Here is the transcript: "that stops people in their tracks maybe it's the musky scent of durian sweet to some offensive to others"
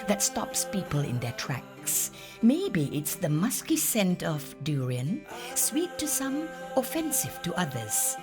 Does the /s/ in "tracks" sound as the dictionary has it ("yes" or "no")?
yes